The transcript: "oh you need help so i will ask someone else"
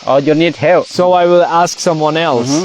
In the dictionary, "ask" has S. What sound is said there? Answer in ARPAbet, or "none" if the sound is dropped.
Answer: S